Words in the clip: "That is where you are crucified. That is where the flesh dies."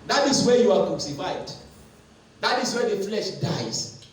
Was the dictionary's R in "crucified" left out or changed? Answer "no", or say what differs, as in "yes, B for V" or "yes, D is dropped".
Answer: yes, R is dropped